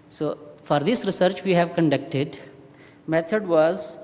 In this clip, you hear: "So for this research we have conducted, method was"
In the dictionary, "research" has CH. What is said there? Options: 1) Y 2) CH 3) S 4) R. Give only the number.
2